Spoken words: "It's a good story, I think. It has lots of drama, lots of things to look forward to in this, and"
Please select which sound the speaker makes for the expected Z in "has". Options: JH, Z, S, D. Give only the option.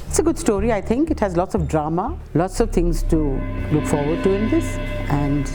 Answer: Z